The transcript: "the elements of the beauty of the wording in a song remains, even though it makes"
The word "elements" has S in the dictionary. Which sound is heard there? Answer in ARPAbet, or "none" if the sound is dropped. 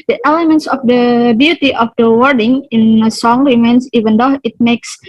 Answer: S